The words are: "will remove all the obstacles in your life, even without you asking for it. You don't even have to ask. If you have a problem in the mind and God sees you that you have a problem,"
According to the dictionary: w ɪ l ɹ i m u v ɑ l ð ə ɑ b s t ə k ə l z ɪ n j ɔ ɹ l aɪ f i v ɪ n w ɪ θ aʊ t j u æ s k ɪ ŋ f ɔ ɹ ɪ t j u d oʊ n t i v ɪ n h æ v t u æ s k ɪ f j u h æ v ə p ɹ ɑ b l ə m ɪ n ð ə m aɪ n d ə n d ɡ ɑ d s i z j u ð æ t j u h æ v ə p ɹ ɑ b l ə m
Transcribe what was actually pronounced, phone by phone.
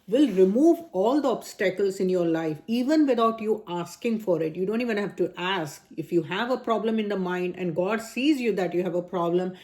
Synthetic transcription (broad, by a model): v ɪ l ɹ i m u v ɑ l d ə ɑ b s t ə k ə l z ɪ n j ɔ ɹ l aɪ f i v ɪ n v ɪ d aʊ t j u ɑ s k ɪ ŋ f ɔ ɹ ɪ t j u d oʊ n t i v ɪ n h æ v t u æ s k ɪ f j u h æ v ə p ɹ ɑ b l ə m ɪ n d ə m aɪ n d ə n d ɡ ɑ d s i z j u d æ t j u h æ v ə p ɹ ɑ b l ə m